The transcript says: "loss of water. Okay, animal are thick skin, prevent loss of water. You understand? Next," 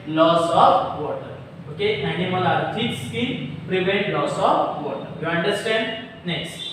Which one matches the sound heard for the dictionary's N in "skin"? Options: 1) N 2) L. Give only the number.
2